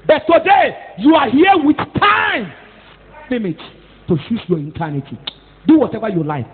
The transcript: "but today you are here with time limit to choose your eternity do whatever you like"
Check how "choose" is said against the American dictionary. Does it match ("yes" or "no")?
no